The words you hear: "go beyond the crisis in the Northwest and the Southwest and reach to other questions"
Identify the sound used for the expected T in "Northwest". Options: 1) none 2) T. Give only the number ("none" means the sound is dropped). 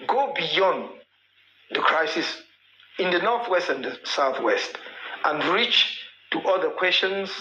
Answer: 2